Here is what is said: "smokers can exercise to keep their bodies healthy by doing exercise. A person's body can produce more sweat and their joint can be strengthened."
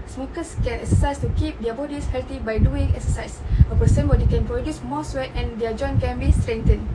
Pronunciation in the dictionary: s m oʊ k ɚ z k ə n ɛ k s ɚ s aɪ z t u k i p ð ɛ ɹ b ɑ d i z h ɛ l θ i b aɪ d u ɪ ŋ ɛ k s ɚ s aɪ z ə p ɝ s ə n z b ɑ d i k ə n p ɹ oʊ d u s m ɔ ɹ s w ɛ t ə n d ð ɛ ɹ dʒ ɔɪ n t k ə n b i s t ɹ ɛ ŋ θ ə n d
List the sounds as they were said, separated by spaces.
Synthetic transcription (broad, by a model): s m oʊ k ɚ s k ə n ɛ k s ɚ s aɪ s t u k i p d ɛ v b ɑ d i s h ɛ l t i b aɪ d u ɪ ŋ ɛ k s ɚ s aɪ s ə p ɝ s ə n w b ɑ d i k ə n p ɹ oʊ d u s m ɔ s w ɛ t ə n d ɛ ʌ dʒ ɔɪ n k ə n b i s t ɹ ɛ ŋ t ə n